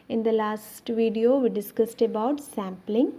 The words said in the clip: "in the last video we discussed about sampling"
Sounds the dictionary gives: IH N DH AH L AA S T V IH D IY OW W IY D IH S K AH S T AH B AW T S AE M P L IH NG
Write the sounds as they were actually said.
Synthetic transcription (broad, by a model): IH N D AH L AA S T V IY D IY OW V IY D IH S K AH S T AH B AW T S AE M P L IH NG